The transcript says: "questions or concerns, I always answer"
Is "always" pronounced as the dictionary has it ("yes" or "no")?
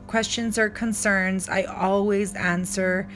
yes